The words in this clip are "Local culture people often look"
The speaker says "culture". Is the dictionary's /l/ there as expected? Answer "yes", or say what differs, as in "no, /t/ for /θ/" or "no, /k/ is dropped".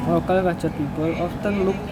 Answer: no, /l/ is dropped